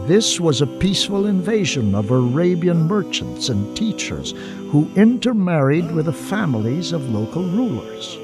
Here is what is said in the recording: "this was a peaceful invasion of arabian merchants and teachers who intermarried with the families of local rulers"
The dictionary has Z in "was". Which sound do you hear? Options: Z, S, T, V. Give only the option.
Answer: Z